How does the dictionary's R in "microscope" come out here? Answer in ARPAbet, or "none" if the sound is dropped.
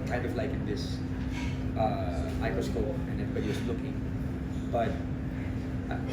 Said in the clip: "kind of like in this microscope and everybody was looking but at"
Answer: none